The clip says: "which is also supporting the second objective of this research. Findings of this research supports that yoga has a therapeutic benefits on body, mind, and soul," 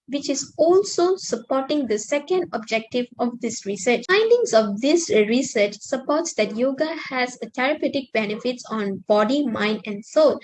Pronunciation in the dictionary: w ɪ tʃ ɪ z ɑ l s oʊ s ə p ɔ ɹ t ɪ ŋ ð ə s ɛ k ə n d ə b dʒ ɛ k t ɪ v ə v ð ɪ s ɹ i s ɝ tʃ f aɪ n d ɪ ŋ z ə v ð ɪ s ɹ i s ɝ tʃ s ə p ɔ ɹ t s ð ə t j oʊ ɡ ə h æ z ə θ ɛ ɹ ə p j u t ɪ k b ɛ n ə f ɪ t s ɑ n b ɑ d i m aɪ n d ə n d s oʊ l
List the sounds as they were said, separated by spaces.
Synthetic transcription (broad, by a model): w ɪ tʃ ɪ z ɑ l s oʊ s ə p ɔ t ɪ ŋ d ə s ɛ k ə n d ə b dʒ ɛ k t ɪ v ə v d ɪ s ɹ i s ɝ tʃ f aɪ n d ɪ ŋ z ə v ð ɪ s ɹ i s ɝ tʃ s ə p ɔ t s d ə t j oʊ ɡ ə h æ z ə t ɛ ɹ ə p j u t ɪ k b ɛ n ə f ɪ t s ɑ n b ɑ d i m aɪ n d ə n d s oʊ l